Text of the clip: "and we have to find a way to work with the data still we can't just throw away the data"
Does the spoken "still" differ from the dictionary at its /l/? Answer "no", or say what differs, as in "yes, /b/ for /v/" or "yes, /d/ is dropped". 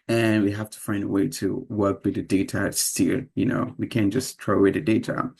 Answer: yes, /n/ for /l/